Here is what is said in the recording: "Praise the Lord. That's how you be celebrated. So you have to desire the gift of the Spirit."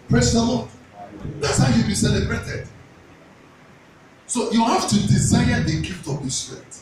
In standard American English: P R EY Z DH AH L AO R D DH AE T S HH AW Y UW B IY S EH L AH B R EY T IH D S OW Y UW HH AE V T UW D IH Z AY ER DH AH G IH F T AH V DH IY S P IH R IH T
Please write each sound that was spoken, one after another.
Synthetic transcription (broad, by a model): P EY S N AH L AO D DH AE T S HH AW Y UW B IY S EH L AH B R EY T IH D S OW Y UW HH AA F T UW D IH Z AY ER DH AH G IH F T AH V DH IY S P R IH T